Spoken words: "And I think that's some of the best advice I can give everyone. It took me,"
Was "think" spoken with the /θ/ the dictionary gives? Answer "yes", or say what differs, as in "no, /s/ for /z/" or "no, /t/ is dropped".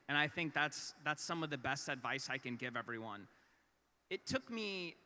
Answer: yes